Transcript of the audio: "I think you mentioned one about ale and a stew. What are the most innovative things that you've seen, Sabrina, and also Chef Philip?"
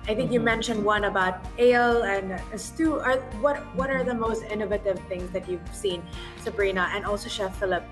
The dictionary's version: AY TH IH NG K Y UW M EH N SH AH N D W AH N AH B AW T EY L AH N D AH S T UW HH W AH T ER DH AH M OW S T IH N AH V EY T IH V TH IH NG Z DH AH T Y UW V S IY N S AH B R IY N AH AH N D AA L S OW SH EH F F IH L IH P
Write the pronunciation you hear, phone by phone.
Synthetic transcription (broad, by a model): AY TH IH NG K Y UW M EH N SH AH N D W AH N AH B AW T EY L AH N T AH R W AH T W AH T ER DH AH M OW S T IH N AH V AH T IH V TH IH NG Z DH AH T Y UW V S IY N S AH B R IY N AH AH N D AA L S OW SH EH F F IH L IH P